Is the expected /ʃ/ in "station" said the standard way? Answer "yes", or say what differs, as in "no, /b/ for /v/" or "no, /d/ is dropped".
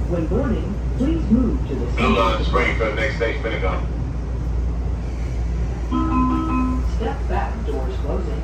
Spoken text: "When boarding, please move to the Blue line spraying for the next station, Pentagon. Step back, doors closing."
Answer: no, /ʃ/ is dropped